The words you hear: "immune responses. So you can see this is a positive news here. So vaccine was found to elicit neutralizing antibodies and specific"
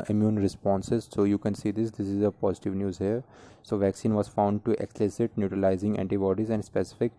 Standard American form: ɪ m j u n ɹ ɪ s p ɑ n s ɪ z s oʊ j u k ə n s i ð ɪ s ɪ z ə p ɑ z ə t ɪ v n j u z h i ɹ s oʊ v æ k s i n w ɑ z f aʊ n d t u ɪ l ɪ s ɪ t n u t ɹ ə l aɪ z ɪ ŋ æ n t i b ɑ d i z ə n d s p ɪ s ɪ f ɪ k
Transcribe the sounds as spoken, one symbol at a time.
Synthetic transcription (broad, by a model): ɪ m j u n ɹ ɪ s p ɑ n s ɪ z s oʊ j u k ə n s i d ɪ s ɪ z ə p ɑ z ə t ɪ v n j u z h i ɹ s oʊ v æ k s i n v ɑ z f aʊ n d t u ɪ l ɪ s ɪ t n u t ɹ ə l aɪ z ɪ ŋ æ n t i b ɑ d i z ə n d s p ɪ s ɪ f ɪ k